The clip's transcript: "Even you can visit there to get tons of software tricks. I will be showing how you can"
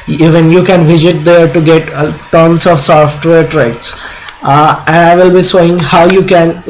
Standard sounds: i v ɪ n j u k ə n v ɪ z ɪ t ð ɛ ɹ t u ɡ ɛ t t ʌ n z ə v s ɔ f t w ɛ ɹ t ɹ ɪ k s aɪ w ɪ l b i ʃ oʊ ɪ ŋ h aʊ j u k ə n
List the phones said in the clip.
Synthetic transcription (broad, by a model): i v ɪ n j u k ə n v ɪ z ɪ t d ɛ ɹ t u ɡ ɛ t t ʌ n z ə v s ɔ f t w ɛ ɹ t ɹ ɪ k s aɪ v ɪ l b i s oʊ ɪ ŋ h aʊ j u k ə n